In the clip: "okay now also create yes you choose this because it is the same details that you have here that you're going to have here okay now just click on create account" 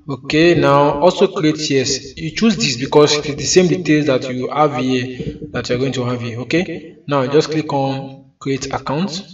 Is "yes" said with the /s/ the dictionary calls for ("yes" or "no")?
yes